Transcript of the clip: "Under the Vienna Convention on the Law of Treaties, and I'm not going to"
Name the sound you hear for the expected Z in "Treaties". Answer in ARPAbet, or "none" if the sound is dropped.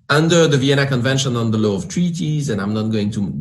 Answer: Z